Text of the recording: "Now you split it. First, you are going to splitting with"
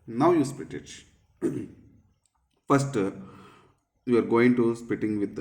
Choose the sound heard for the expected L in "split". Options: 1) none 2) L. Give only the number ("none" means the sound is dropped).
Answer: 1